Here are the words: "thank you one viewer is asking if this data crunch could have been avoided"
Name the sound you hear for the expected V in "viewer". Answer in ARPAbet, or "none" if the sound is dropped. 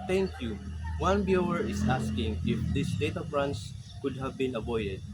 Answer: B